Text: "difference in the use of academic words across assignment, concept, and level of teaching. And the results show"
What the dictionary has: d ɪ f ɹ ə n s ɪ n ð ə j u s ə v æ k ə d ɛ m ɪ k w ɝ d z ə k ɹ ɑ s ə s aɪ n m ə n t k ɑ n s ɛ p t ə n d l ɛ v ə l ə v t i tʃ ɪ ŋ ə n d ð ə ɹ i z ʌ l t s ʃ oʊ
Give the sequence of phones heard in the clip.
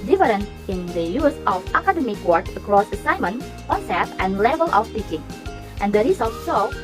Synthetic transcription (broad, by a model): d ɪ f ɹ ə n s ɪ n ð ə j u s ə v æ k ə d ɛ m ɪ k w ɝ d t ə k ɹ ɑ s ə s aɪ m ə n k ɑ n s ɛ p ə n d l ɛ v ə l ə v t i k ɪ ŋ ə n d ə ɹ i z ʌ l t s oʊ